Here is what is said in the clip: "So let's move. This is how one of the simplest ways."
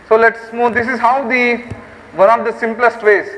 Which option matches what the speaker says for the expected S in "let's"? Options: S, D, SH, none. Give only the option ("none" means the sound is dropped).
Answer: S